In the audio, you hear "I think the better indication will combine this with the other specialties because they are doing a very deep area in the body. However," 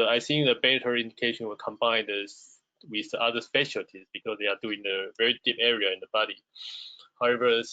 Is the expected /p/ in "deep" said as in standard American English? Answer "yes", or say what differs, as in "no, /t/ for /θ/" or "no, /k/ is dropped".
yes